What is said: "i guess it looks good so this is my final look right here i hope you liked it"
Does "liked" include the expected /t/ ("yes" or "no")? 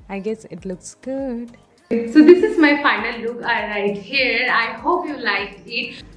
no